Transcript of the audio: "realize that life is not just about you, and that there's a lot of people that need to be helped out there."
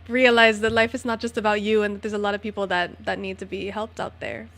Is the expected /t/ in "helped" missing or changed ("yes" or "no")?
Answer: no